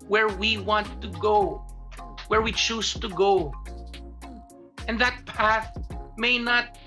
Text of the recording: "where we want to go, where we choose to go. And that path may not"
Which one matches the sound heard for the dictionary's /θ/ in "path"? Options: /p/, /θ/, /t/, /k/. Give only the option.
/θ/